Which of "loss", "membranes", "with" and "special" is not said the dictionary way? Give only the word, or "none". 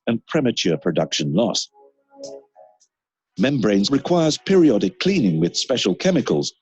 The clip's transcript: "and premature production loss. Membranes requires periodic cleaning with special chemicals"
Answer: none